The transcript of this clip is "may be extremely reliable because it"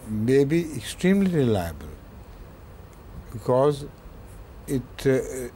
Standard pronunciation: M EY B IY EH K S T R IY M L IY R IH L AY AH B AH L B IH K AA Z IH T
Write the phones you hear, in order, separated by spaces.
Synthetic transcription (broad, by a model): M EY B IY EH K S T R IY M L IY R IH L AY AH B AH L B IH K AA Z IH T